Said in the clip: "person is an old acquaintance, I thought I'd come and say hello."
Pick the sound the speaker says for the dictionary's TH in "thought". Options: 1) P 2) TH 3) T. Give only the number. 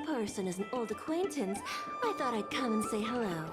2